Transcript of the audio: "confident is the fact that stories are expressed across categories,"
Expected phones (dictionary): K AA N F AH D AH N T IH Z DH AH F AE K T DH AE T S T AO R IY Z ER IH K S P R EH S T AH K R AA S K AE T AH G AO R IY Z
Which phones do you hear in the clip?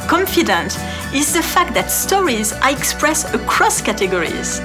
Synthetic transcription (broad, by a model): K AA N F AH D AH N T IH Z DH AH F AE K T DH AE T S T AO R IY Z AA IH K S P R EH S AH K R AA S K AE T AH G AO R IY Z